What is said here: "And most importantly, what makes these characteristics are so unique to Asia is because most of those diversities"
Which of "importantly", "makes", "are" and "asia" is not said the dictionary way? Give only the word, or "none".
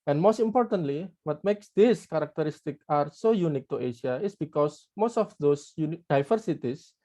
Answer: asia